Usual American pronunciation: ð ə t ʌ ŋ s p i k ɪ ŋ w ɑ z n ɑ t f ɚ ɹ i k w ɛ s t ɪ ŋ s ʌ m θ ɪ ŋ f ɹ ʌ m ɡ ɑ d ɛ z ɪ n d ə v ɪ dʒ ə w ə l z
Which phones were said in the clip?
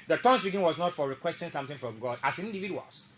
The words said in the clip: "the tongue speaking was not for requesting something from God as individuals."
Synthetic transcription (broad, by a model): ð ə t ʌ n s b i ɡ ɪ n w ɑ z n ɑ t f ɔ ɹ i k w ɛ s t ɪ ŋ s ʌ m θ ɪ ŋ f ɹ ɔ m ɡ ɑ d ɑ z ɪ n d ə v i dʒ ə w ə l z